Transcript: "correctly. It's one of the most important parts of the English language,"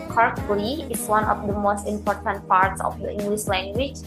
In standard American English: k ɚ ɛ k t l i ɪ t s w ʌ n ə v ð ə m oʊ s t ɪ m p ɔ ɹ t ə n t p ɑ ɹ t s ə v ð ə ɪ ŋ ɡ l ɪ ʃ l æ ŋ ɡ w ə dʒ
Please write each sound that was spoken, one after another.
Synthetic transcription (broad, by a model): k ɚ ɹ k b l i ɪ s w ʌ n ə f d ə m oʊ s t ɪ m p ɔ ɹ t ə n t p ɑ ɹ t s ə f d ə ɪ ŋ ɡ l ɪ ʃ l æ ŋ ɡ w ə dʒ